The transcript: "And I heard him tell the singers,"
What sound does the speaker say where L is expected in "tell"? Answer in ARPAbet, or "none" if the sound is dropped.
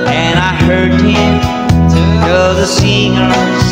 N